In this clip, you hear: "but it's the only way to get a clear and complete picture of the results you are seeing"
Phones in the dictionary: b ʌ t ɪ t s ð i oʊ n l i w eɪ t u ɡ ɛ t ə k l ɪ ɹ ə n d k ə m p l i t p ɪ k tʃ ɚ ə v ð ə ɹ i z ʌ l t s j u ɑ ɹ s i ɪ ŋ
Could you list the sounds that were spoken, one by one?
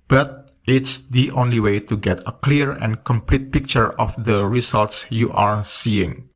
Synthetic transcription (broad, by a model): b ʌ t ɪ t s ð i oʊ n l i w eɪ t u ɡ ɛ t ə k l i ɹ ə n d k ə m p l i t p ɪ k tʃ ɚ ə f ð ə ɹ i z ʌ l t s j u ɑ ɹ s i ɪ ŋ